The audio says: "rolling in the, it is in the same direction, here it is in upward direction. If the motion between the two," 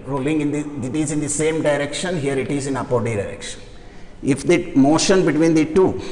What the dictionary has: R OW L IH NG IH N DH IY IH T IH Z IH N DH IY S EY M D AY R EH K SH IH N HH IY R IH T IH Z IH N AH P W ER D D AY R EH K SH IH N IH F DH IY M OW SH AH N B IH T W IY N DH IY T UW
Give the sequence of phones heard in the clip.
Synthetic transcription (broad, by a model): R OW L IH NG IH N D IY IH T IH Z IH N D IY S EY M D AY R EH K SH IH N HH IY R IH T IH Z IH N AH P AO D D AY R EH K SH IH N IH F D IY M OW SH AH N B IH T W IY N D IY T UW